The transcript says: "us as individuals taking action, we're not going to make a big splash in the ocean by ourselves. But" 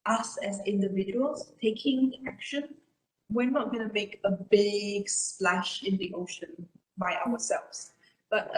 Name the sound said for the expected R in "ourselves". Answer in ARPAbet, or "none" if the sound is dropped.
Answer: W